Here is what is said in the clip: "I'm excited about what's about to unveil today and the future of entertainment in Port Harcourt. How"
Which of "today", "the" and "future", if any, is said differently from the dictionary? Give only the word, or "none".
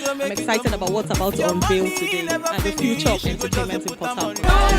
none